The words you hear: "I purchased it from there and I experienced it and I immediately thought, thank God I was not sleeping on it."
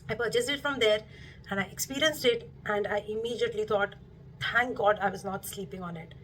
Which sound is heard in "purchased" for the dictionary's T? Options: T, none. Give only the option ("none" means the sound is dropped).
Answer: none